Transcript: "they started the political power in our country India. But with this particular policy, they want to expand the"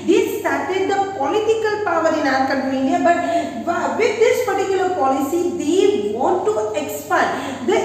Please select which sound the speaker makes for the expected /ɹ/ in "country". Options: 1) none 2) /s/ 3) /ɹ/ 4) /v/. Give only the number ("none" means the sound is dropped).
1